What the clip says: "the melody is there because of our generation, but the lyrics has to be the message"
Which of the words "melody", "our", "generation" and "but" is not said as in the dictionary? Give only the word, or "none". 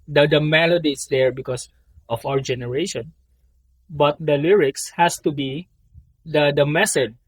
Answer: none